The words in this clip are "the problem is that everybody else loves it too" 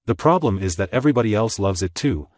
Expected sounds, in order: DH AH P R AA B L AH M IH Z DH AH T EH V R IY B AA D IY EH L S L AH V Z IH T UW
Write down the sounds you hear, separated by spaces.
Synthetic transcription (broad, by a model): DH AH P R AA B L AH M IH Z DH AH T EH V R IY B AA D IY EH L S L AH V Z IH T UW